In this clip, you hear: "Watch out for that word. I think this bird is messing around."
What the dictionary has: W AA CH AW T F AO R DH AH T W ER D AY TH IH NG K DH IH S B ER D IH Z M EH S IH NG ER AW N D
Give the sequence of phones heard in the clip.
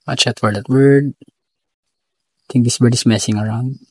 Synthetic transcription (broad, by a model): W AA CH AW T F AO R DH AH T W ER D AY T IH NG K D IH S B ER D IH S M EH S IH NG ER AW N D